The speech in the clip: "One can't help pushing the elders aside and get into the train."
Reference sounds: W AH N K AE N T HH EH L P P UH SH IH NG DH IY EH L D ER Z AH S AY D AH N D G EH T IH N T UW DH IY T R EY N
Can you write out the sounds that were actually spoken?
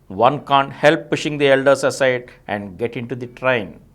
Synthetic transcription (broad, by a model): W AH N K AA N T HH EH L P P UH SH IH NG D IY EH L D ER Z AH S AY D AH N D G EH T IH N T UW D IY T R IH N